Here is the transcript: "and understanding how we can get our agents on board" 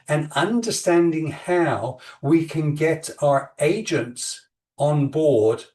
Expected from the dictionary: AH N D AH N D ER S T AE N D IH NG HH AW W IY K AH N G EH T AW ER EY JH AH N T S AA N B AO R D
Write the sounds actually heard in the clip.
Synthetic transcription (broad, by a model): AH N AH N D ER S T AE N D IH NG HH AW W IY K AH N G EH T AW ER EY JH AH N T S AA N B AO R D